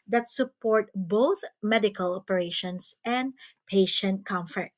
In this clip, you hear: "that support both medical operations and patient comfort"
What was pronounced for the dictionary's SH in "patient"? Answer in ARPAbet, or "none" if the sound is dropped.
SH